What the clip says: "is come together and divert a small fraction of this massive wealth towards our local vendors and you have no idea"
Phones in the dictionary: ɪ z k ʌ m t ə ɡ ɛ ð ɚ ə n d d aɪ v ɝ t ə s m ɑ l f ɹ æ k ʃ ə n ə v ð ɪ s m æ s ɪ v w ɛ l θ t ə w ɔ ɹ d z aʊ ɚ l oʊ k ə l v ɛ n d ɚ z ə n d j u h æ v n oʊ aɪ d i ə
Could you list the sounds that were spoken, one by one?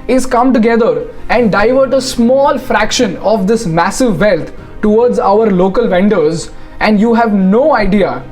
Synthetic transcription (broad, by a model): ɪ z k ʌ m t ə ɡ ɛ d ɚ ə n d d aɪ v ɝ t ə s m ɑ l f ɹ æ k ʃ ə n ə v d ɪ s m æ s ɪ v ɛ l t t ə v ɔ ɹ d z aʊ ɚ l oʊ k ə l v ɛ n d ɚ z ə n d j u h æ v n oʊ aɪ d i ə